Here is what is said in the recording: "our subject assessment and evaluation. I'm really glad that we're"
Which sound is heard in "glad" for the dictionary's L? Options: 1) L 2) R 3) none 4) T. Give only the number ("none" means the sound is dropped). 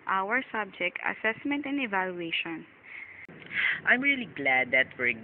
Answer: 1